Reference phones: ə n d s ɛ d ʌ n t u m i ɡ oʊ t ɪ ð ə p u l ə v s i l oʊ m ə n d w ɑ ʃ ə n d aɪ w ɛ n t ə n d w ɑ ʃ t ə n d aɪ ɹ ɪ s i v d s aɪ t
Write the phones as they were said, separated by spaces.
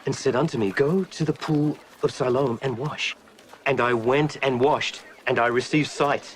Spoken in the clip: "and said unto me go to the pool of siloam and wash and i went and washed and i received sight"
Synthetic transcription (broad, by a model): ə n s ɛ d ʌ n t u m i ɡ oʊ t ɪ ð ə p u l ə v s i l oʊ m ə n w ɑ ʃ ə n aɪ w ɛ n t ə n w ɑ ʃ t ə n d aɪ ɹ ɪ s i v d s aɪ t